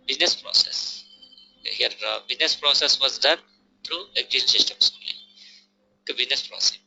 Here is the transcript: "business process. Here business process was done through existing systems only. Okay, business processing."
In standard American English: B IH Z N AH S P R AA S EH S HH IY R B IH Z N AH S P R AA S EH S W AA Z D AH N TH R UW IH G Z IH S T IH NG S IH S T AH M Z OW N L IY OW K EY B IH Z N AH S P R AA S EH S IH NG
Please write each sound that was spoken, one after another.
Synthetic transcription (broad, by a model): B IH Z N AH S P R AA S EH S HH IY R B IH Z N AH S P R AA S EH S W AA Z D AH N T R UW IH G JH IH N S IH S T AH M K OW L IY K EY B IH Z N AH S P R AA S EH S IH